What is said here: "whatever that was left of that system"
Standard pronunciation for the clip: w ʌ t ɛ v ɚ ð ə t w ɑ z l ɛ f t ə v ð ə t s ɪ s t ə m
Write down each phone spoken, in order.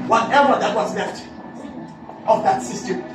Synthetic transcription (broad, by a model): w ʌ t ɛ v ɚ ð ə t w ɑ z l ɛ f t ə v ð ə t s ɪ s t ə